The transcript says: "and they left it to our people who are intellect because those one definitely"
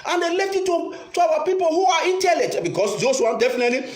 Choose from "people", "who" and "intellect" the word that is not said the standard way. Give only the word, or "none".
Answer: intellect